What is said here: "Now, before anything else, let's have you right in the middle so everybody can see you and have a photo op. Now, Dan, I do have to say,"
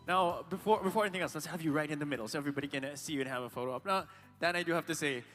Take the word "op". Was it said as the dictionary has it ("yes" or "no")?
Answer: yes